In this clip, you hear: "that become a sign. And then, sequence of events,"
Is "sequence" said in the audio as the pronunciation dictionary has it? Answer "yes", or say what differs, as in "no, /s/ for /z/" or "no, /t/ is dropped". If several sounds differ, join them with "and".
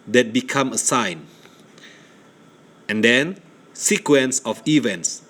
yes